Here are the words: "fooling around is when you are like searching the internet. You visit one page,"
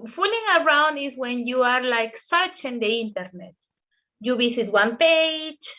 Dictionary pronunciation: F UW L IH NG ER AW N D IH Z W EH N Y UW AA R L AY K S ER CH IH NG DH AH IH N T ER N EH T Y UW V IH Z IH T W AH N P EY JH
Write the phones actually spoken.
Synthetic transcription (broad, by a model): F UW L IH NG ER AW N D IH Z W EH N Y UW AA R L AY K S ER CH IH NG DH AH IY N T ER N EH T Y UW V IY S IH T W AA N P EY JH